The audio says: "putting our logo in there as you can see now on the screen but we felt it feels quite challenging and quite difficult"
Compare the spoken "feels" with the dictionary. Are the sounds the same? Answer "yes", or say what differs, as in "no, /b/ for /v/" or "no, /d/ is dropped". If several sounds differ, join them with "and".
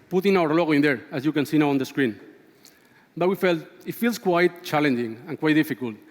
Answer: no, /s/ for /z/